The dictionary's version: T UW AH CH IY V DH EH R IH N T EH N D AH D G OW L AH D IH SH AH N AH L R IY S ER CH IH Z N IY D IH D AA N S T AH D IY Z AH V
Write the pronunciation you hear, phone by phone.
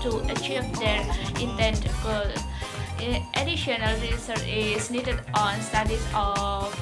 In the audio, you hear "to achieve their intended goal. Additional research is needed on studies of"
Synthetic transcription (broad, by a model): T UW AH CH IY V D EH R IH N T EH N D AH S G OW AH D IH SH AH N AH L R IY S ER IH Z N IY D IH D AA N S T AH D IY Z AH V